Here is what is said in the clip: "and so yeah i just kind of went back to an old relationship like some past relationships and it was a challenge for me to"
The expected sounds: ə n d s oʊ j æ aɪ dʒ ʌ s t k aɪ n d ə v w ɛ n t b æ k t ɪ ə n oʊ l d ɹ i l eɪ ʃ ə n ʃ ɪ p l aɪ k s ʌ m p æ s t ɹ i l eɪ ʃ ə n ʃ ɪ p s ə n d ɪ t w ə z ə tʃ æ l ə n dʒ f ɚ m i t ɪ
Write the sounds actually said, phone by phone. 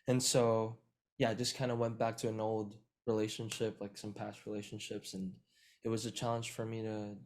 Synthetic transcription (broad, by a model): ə n s oʊ j æ aɪ dʒ ʌ s k aɪ n d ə w ɛ n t b æ k t ɪ ə n oʊ l d ɹ i l eɪ ʃ ə n ʃ ɪ p l aɪ k s ʌ m p æ s t ɹ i l eɪ ʃ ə n ʃ ɪ p s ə n ɪ t w ə z ə tʃ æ l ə n ʒ f ɚ m i t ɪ